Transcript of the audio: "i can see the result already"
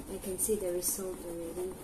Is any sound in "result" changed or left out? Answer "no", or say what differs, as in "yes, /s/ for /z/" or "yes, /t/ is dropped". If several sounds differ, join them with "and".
yes, /s/ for /z/